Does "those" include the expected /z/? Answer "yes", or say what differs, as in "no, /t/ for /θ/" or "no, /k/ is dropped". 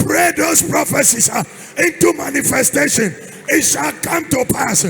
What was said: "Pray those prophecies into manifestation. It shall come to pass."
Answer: no, /s/ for /z/